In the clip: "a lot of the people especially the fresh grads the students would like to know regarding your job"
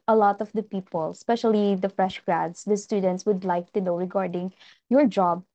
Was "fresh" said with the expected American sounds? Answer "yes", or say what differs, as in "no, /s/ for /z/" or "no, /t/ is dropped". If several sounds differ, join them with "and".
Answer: yes